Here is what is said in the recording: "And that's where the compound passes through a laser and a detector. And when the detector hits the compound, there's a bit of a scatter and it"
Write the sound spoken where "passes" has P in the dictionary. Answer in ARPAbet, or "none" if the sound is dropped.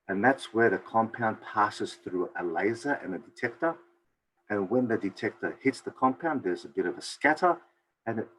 P